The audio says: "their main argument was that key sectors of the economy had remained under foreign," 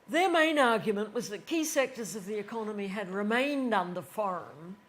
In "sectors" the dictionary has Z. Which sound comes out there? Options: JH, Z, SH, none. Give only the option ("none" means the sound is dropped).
Z